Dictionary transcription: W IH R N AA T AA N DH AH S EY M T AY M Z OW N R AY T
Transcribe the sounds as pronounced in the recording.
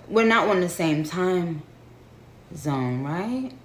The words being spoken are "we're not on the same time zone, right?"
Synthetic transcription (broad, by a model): W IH R N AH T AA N DH AH S EY M T AY M Z OW N R AY T